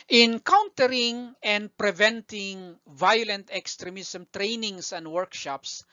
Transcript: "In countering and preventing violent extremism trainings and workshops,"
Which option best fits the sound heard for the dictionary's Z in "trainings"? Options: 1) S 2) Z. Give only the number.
1